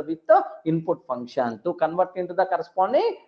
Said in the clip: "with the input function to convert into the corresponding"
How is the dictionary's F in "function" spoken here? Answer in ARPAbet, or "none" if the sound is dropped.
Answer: P